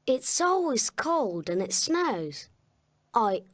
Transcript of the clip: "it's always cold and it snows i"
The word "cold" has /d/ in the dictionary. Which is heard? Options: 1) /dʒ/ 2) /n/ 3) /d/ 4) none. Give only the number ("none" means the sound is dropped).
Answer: 3